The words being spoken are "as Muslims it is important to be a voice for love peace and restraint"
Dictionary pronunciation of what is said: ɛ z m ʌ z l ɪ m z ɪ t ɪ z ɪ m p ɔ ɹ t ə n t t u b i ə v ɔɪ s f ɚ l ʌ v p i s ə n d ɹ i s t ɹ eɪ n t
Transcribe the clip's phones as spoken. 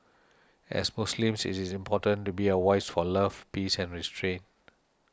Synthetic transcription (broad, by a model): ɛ s m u s l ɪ m s ɪ t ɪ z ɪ m p ɔ t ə n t t u b i ə w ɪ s f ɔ l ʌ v p i s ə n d ɹ i s t ɹ eɪ n t